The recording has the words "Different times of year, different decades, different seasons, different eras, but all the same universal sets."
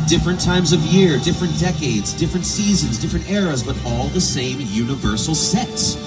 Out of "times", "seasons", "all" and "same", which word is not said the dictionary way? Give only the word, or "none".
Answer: none